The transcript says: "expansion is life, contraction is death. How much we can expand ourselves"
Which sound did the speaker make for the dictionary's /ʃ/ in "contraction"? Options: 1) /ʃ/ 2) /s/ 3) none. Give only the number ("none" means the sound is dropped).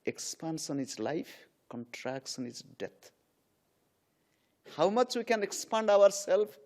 2